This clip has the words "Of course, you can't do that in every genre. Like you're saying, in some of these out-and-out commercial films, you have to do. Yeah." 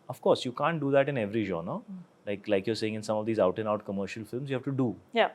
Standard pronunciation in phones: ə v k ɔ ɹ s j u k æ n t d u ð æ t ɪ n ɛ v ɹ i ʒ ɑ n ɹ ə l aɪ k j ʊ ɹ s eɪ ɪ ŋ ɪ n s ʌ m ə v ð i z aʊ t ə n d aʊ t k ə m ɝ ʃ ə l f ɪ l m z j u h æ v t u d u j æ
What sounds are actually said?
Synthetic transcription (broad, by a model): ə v k ɔ ɹ s j u k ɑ n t d u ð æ t ɪ n ɛ v ɹ i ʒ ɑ n l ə l aɪ k j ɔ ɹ s eɪ ɪ ŋ ɪ n s ʌ m ə v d i z aʊ t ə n aʊ t k ə m ɝ ʃ ə l f ɪ l m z j u h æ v t u d u j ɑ